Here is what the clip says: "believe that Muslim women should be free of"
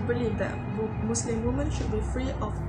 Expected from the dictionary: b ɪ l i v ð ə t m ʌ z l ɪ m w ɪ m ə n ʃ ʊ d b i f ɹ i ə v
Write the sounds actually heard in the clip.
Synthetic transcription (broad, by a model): b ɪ l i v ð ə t m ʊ s l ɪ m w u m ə n ʃ ʊ d b i f ɹ i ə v